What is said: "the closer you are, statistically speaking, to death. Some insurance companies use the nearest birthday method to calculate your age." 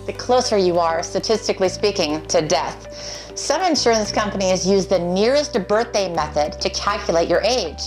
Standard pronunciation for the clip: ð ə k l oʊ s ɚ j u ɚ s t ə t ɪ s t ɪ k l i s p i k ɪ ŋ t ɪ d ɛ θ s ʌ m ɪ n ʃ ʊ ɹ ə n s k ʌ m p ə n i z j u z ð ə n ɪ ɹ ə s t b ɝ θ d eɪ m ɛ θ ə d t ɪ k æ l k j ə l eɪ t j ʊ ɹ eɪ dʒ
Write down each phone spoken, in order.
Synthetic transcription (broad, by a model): ð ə k l oʊ s ɚ j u ɚ s t ə t ɪ s t ɪ k l i s p i k ɪ ŋ t ɪ d ɛ θ s ʌ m ɪ n ʃ ʊ ɹ ə n s k ʌ m p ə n i z j u z ð ə n ɪ ɹ ə s t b ɝ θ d eɪ m ɛ θ ə d t ɪ k æ l k j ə l eɪ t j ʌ ɹ eɪ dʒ